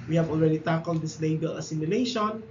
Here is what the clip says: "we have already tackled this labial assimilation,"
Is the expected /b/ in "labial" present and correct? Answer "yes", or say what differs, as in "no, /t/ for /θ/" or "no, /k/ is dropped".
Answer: no, /b/ is dropped